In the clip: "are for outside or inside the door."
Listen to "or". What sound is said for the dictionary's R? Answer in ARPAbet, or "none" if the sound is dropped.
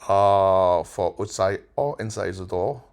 L